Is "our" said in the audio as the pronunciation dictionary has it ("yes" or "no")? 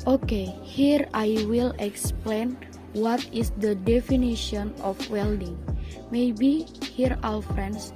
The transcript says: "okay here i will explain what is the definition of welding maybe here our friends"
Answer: no